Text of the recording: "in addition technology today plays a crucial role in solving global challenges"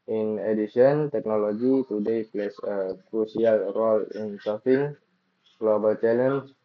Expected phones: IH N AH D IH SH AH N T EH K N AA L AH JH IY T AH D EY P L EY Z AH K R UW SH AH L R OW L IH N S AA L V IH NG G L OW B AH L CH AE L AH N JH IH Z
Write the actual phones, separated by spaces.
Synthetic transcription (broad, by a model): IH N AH D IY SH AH N T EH K N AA L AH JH IY T AH D EY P L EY S AH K R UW S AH L R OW L IH N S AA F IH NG G L OW B AH L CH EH L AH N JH